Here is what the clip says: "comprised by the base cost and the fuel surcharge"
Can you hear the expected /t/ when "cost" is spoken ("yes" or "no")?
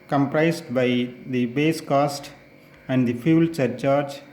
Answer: yes